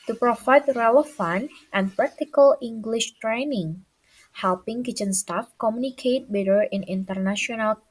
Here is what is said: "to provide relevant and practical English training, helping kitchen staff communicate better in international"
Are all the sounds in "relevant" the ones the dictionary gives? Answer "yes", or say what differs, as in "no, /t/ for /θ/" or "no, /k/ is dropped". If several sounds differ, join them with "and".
no, /f/ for /v/